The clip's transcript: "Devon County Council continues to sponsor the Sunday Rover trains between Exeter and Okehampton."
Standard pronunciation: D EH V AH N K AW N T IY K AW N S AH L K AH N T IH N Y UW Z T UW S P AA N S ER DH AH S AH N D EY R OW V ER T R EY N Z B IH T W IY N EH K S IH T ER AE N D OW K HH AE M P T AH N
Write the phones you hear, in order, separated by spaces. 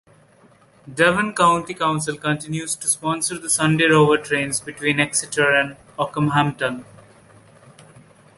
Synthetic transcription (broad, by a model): D EH V AH N K AW N T IY K AW N S AH L K AH N T IH N Y UW Z T UW S P AA N S ER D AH S AH N D EY R OW V ER T R EY N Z B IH T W IY N EH K S IH T ER AE N D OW K HH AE M T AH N